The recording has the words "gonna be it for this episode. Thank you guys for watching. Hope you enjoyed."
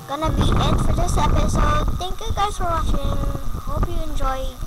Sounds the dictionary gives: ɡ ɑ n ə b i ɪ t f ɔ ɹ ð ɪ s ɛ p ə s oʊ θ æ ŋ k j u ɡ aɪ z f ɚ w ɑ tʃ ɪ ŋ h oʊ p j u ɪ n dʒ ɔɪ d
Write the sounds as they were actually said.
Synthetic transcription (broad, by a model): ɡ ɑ n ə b i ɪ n f ɔ ɹ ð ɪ s ɛ p ə s oʊ t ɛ ŋ k j u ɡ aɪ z f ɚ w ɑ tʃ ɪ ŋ h oʊ p j u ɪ n dʒ ɔɪ